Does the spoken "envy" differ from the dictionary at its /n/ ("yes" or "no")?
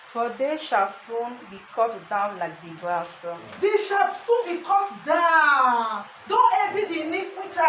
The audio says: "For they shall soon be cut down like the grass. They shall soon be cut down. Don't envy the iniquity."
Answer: yes